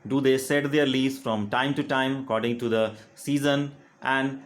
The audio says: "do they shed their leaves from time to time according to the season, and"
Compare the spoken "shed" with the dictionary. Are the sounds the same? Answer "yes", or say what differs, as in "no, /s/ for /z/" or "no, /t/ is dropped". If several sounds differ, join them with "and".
no, /s/ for /ʃ/